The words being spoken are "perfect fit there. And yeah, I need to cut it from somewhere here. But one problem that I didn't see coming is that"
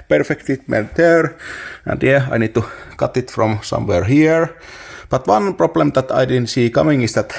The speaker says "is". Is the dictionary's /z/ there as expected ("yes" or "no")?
no